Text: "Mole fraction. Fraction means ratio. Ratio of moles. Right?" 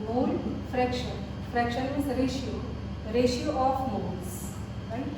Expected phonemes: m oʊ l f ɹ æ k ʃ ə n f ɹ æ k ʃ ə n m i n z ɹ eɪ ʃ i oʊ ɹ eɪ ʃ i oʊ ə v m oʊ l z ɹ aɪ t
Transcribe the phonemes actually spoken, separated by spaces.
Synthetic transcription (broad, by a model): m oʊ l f ɹ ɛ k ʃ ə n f ɹ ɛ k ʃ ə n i z ɹ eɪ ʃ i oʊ ɹ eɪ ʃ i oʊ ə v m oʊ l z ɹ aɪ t